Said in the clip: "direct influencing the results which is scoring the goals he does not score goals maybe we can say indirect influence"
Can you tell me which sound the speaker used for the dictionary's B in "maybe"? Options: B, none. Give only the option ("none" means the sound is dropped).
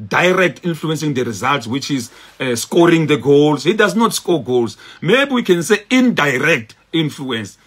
B